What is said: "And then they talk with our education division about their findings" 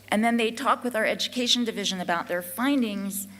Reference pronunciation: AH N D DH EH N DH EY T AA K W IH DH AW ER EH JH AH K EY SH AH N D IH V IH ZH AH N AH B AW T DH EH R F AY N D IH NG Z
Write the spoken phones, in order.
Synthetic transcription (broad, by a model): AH N DH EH N DH EY T AA K W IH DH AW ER EH JH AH K EY SH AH N D IH V IH ZH AH N AH B AW T DH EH R F AY N D IH NG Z